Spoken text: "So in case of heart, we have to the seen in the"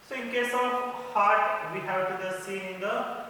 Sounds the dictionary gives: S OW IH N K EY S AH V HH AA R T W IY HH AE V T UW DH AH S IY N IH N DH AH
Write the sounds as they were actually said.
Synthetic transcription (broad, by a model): S OW IH N K EY S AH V HH AA R T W IY HH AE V T UW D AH S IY IH N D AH